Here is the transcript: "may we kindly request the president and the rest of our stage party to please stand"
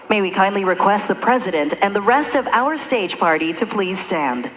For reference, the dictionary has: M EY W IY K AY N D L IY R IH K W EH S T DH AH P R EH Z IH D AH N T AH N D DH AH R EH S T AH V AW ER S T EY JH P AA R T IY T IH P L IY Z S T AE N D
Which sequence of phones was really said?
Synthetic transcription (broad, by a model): M EY W IY K AY N D L IY R IH K W EH S T DH AH P R EH Z IH D AH N T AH N DH AH R EH S T AH V AW ER S T EY JH P AA R T IY T IH P L IY Z S T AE N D